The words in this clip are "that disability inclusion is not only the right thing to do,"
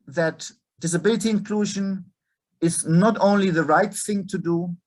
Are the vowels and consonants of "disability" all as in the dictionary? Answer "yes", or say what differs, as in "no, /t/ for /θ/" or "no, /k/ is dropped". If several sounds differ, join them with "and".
yes